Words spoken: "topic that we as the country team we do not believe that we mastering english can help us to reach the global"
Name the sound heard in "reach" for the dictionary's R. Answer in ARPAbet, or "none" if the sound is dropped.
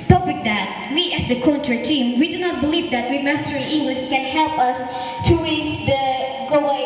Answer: W